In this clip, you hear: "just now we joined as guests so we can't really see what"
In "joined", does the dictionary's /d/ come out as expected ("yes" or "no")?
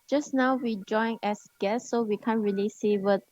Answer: no